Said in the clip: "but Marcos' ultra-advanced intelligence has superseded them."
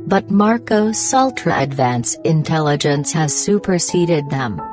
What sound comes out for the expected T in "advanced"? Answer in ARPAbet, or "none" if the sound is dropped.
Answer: none